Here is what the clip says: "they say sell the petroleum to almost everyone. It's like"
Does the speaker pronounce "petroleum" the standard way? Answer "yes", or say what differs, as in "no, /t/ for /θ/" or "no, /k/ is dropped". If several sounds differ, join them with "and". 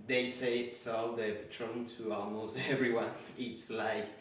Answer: no, /l/ is dropped